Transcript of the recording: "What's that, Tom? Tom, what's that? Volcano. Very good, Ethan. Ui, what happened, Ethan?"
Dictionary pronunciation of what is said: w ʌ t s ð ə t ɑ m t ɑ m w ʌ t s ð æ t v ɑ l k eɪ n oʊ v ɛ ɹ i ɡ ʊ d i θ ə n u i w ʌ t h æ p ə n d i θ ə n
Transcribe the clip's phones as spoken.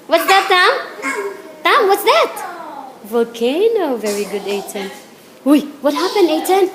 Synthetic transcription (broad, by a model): w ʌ t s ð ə t ɑ m t ɑ m w ʌ t s ð æ t v ɑ l k eɪ n oʊ v ɛ ɹ i ɡ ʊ d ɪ t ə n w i w ʌ t h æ p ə n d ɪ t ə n